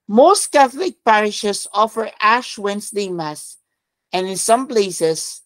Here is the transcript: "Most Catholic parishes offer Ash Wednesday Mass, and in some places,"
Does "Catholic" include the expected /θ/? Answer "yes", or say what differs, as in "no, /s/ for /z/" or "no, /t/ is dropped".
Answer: yes